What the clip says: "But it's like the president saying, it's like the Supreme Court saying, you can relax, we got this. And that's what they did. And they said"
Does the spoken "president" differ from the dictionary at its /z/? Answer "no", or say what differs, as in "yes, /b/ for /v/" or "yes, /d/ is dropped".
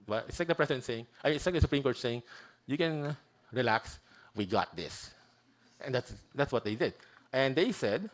yes, /s/ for /z/